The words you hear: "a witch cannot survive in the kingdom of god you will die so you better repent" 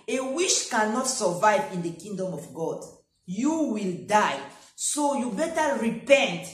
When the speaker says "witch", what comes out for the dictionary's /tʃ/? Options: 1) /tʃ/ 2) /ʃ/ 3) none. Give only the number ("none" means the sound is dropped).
2